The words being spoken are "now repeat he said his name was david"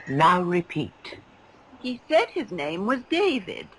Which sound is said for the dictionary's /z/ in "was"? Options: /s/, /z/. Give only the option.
/z/